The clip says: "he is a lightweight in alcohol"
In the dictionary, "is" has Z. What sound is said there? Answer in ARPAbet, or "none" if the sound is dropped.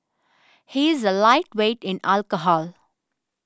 Z